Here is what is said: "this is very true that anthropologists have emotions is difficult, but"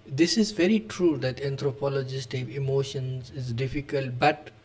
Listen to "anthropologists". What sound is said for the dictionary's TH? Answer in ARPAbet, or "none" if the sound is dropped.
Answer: T